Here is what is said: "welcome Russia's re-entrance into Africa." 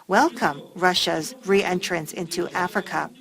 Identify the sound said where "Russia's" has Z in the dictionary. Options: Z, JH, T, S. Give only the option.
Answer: Z